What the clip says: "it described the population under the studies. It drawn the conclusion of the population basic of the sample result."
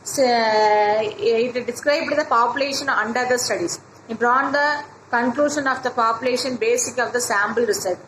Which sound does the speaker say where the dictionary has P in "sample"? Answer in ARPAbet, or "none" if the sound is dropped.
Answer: B